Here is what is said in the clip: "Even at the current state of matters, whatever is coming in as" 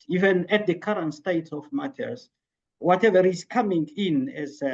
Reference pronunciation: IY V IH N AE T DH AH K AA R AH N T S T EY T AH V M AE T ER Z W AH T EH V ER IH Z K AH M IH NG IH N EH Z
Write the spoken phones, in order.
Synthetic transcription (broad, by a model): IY V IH N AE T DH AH K AA R AH N T S T EY T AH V M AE T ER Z W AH T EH V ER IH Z K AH M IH NG IH N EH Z